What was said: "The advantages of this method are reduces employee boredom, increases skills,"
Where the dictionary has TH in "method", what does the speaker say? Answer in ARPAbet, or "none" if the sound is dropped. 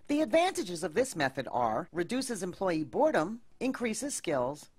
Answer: TH